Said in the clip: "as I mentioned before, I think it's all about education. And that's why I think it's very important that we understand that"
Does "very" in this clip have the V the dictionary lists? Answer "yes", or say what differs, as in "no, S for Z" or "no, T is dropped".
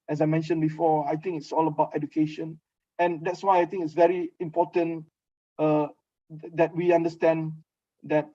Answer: yes